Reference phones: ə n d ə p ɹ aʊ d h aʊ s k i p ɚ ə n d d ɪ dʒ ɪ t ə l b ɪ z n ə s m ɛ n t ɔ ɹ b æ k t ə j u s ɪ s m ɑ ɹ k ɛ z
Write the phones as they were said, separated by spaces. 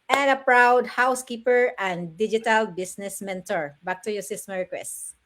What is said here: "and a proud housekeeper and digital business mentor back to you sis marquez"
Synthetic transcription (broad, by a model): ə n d ə p ɹ aʊ d h aʊ s k i p ɚ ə n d d ɪ dʒ ɪ t ə l b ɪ s n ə s m ɛ n t ɔ ɹ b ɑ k t ə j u s ɪ s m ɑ ɹ k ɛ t